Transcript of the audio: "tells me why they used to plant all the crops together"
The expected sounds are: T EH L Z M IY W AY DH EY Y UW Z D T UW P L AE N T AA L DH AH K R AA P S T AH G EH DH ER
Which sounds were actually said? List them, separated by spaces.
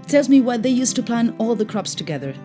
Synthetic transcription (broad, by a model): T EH L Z M IY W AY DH EY Y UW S T UW P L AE N AA L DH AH K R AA P S T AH G EH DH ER